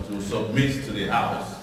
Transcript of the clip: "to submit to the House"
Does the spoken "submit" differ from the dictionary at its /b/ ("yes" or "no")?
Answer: no